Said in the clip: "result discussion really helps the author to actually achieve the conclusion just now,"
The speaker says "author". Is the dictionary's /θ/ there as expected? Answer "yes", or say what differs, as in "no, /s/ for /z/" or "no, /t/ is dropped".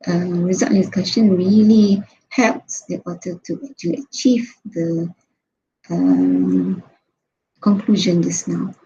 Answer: no, /t/ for /θ/